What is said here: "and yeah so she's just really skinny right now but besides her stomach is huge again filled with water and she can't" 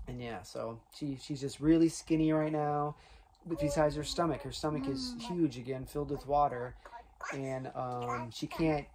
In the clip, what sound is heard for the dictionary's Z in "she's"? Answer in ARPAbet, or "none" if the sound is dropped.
Z